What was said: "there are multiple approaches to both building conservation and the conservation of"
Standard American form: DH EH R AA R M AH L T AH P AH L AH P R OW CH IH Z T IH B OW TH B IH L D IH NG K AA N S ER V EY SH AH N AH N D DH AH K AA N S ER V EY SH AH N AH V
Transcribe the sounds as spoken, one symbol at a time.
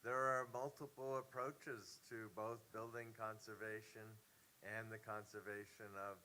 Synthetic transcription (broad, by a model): DH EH R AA R M AH L T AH P L AH P R OW CH IH Z T IH B OW TH B IH L D IH NG K AA N S ER V EY SH AH N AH N DH AH K AA N S ER V EY SH AH N AH V